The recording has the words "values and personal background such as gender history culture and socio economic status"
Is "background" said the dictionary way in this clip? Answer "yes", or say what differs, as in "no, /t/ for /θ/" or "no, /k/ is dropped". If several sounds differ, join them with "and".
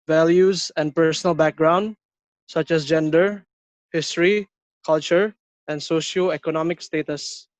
yes